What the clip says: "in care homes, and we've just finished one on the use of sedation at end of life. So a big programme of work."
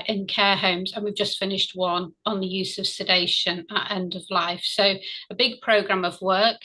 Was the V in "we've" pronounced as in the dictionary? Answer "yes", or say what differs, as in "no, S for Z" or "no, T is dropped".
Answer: yes